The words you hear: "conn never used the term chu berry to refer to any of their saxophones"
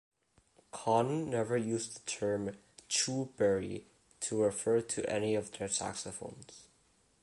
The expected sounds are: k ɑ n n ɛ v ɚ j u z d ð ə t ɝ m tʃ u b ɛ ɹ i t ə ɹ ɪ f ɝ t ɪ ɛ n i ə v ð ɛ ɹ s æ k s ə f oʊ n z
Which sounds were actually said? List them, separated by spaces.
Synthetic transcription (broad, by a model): k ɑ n n ɛ v ɚ j u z ð ə t ɝ m tʃ u b ɛ ɹ i t ə ɹ ɪ f ɝ t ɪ ɛ n i ə v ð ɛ ɹ s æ k s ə f oʊ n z